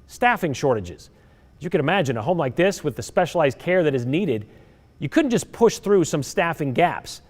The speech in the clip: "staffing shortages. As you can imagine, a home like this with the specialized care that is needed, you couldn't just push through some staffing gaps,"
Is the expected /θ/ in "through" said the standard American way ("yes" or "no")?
yes